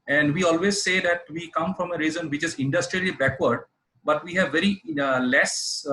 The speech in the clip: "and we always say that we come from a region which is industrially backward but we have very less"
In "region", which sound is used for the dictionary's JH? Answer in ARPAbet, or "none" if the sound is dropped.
Z